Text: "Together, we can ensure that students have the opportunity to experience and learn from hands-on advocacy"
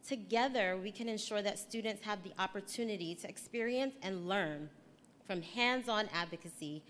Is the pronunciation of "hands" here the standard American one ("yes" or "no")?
yes